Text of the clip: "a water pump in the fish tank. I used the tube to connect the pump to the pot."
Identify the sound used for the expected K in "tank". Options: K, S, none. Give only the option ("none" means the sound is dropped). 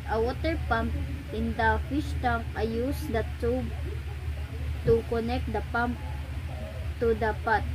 none